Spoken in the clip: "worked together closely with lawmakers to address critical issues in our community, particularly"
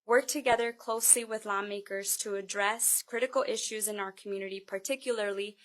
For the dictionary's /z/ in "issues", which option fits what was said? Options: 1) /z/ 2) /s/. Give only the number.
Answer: 1